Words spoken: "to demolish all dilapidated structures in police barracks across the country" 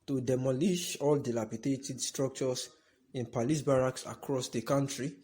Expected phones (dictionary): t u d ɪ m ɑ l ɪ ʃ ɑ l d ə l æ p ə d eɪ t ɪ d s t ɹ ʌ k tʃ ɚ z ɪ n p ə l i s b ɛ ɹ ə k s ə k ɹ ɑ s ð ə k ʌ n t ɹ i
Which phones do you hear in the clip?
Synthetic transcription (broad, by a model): t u d ɪ m ɑ l ɪ ʃ ɑ l d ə l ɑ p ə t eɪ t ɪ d s t ɹ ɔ k tʃ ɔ s ɪ n p ə l i s b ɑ ɹ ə k s ə k ɹ ɑ s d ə k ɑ n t ɹ i